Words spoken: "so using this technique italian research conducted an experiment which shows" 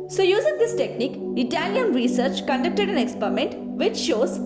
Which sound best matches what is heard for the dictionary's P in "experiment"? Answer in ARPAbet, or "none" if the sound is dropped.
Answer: P